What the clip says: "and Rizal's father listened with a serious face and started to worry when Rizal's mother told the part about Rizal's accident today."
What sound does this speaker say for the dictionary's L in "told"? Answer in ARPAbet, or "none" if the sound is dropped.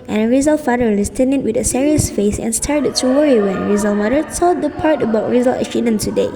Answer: none